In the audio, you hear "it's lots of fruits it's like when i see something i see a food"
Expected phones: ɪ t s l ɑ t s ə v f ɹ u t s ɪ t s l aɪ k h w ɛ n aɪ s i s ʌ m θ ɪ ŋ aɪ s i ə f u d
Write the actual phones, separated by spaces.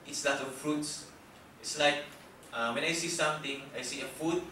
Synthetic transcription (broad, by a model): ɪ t s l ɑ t ə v f ɹ u t s ɪ t s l aɪ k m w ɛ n aɪ s i s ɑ m t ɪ ŋ aɪ s i ə f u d